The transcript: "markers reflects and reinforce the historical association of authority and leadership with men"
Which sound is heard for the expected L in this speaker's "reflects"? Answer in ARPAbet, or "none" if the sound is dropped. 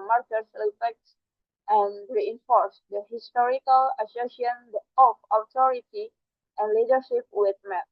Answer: none